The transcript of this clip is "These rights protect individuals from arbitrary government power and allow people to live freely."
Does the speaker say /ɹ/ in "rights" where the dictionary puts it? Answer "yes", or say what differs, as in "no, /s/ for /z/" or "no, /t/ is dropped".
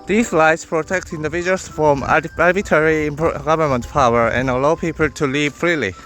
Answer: no, /l/ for /ɹ/